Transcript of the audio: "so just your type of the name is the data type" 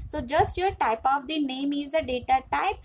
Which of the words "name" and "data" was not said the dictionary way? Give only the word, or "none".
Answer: none